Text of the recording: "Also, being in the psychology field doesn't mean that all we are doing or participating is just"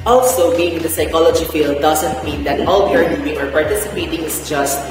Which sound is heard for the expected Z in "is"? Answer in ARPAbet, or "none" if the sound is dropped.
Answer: S